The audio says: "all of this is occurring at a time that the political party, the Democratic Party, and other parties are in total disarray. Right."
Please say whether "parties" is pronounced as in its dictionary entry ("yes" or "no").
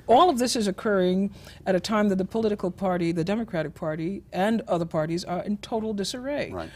yes